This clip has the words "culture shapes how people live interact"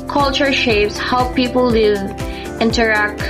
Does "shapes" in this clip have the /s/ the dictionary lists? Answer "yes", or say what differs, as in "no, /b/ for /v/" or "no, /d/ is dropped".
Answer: yes